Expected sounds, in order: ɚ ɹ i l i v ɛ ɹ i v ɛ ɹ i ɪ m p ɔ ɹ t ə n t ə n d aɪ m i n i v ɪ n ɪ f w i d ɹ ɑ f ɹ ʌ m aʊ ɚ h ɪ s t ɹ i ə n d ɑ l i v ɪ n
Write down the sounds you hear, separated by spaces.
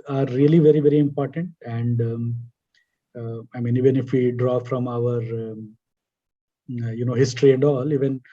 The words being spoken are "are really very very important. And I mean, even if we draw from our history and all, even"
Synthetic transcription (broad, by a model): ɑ ɹ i l i v ɛ ɹ i v ɛ ɹ i ɪ m p ɔ ɹ t ə n t ə n d aɪ m i n i v ɪ n ɪ f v i d ɹ ɑ f ɹ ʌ m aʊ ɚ h ɪ s t ɹ i ə n d ɑ l i v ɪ n